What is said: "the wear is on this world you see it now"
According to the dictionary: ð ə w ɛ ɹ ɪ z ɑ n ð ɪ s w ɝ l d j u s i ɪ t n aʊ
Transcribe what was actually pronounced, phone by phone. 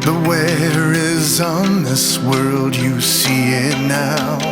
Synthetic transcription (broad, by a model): ð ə w ɛ ɹ ɪ z n ð ɪ s w ɝ l d j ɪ s i ɪ t n aʊ